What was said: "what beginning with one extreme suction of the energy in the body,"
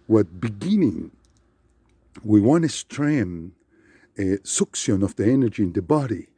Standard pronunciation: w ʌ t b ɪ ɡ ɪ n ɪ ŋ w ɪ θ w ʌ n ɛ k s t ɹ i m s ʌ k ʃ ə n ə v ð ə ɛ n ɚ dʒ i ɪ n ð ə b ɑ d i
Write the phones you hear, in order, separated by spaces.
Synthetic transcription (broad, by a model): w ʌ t b ɪ ɡ ɪ n ɪ ŋ w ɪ w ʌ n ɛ s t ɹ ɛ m s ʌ k s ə n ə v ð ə ɛ n ɚ dʒ i ɪ n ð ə b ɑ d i